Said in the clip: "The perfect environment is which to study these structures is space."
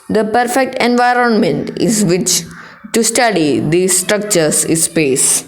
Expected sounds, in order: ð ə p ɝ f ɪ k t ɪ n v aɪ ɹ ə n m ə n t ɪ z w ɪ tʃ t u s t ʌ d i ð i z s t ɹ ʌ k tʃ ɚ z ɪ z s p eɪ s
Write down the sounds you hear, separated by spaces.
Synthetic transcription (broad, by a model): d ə p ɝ f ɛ k t ɪ n v aɪ ɹ ə n m ə n t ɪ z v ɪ tʃ t u s t ʌ d i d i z s t ɹ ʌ k tʃ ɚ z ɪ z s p eɪ s